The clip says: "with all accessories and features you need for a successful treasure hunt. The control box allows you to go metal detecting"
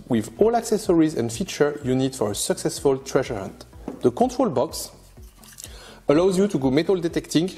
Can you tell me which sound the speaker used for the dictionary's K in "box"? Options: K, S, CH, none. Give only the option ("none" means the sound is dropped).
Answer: K